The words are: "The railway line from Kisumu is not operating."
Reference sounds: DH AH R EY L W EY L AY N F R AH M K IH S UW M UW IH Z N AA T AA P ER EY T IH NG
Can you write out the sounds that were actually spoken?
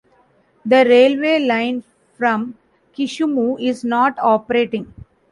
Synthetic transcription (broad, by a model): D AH R EY L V EY L AY N F R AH M K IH SH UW M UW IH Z N AA T AA P ER EY T IH NG